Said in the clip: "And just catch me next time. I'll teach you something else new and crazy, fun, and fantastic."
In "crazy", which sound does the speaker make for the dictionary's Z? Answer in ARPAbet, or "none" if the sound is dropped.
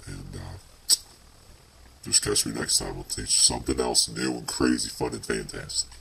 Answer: Z